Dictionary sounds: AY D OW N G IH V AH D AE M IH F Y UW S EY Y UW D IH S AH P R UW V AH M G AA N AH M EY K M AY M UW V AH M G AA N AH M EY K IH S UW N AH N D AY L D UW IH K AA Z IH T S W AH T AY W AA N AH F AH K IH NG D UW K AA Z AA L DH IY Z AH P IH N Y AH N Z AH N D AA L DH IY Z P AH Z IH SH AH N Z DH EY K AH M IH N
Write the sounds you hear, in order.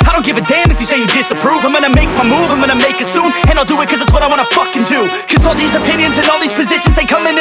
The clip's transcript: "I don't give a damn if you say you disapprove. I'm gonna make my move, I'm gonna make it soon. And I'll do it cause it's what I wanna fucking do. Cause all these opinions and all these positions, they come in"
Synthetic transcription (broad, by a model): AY D OW N G IH V AH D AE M IH F Y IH S EY Y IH D IH S AH P R UW V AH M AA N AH M EY K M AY M UW V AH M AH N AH M EY K IH S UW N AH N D AY L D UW IH K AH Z IH T S W AH T AY W AA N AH F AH K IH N D UW K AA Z AA L DH IY Z AH P IH N Y AH N Z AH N AA L DH IY Z P AH Z IH SH AH N Z DH EY K AH M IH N